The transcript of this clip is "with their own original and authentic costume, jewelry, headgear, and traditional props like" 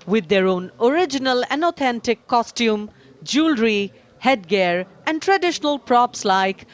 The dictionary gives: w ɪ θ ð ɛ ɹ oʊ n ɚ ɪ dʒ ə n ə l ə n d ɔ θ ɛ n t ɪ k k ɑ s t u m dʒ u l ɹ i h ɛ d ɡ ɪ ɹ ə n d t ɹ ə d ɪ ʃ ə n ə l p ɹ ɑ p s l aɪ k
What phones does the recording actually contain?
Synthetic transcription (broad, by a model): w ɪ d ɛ ɹ oʊ n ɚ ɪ dʒ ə n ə l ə n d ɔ t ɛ n t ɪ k k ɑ s t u m dʒ u l ɹ i h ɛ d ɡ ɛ ɹ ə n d t ɹ ə d ɪ ʃ ə n ə l p ɹ ɑ p s l aɪ k